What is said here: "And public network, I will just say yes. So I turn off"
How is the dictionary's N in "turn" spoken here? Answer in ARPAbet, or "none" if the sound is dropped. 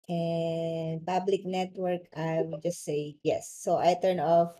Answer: N